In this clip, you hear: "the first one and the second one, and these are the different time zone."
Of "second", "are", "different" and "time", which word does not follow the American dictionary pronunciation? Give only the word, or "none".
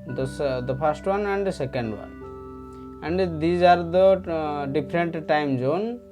different